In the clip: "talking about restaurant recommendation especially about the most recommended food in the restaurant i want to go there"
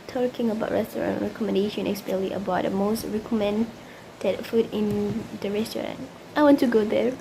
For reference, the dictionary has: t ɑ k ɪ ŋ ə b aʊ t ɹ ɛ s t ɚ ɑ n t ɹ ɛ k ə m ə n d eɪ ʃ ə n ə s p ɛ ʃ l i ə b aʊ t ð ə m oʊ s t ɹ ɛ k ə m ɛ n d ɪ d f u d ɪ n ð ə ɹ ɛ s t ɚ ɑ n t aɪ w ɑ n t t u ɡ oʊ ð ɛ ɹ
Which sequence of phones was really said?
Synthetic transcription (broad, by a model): t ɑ k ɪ ŋ ə b aʊ t ɹ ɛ s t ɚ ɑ n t ɹ ɛ k ə m ə n d eɪ ʃ ə n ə s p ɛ l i ə b aʊ t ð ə m oʊ s t ɹ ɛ k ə m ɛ n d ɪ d f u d ɪ n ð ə ɹ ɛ s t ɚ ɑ n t aɪ w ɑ n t t u ɡ oʊ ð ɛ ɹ